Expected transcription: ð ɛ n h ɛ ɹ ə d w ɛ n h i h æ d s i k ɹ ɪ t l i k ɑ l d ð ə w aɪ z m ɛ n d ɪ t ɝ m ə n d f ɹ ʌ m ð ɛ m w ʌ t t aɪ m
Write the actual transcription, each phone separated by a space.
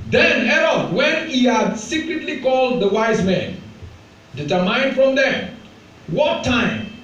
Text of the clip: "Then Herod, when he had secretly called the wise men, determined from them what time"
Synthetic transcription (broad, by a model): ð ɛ n h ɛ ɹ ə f w ɛ n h i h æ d s i k ɹ ɪ t l i k ɑ l d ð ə w aɪ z m ɛ n d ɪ t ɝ m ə n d f ɹ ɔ m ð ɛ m w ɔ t t aɪ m